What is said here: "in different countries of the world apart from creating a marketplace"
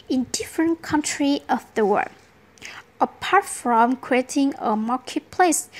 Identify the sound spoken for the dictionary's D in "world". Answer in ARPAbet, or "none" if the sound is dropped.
none